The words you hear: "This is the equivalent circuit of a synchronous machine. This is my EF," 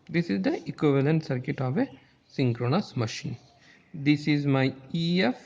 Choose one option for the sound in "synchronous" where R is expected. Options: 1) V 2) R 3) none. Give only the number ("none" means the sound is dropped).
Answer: 2